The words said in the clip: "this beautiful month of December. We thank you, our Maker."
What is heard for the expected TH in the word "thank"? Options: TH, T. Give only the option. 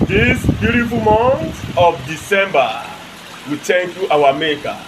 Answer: T